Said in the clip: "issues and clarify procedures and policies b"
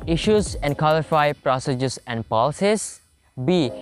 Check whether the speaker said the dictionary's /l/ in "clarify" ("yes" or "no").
no